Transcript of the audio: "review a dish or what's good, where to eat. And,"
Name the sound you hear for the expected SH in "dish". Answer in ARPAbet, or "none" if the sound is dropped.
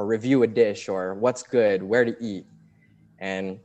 SH